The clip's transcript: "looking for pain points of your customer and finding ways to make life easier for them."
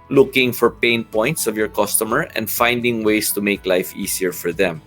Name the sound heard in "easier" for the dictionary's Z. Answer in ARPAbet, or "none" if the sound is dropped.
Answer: S